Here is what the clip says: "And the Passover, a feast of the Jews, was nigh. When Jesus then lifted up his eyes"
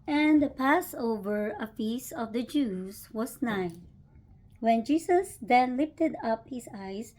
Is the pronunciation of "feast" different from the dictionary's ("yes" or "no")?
yes